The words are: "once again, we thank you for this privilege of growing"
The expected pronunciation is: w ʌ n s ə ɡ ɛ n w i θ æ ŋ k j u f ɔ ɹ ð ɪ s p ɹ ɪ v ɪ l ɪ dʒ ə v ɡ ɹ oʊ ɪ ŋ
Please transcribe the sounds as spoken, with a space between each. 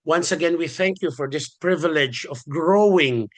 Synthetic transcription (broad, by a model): w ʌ n s ə ɡ ɛ n w i θ æ ŋ k j u f ɔ ɹ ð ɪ s p ɹ ɪ v ɪ l ɪ dʒ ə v ɡ ɹ oʊ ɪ ŋ